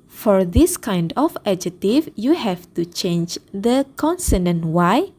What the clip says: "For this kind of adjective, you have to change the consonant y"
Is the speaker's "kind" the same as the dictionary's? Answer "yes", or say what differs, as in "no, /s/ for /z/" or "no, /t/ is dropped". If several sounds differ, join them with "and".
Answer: yes